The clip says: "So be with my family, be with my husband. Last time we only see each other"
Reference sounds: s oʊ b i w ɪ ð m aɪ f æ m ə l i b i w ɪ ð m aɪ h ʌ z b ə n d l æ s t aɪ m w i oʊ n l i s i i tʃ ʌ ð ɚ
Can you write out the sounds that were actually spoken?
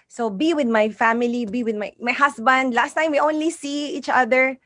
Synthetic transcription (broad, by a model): s oʊ b i w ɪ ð m aɪ f æ m ə l i b i w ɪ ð m aɪ h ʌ s b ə n d l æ s t aɪ m w i oʊ n l i s i i tʃ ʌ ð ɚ